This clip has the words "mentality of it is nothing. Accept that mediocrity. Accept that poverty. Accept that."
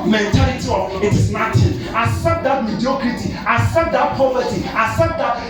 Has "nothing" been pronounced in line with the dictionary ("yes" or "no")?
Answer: no